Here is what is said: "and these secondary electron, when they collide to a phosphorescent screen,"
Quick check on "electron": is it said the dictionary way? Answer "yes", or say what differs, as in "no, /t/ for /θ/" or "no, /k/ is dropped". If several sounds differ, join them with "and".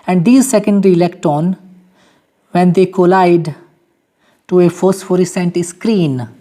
no, /ɹ/ is dropped